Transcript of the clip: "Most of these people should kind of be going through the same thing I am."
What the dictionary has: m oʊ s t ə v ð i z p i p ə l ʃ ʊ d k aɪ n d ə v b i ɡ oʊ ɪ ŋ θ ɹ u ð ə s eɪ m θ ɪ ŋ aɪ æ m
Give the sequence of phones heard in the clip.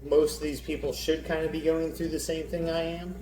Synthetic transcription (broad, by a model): m oʊ s t ə v ð i z p i p l ʃ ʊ d k aɪ n d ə b i ɡ oʊ ɪ ŋ θ ɹ u ð ə s eɪ m θ ɪ ŋ aɪ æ m